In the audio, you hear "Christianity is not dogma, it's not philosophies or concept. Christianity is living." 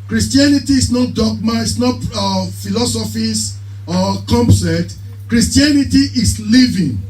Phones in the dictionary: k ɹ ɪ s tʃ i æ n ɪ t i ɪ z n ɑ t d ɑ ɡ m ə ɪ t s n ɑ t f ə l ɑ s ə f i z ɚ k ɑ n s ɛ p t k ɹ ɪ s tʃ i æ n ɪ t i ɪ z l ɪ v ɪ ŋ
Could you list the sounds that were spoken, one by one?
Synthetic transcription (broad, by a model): k ɹ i s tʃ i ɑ n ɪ t i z n ɑ t d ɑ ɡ m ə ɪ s n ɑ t f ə l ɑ s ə f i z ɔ k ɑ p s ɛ t k ɹ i s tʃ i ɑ n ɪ t i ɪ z l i v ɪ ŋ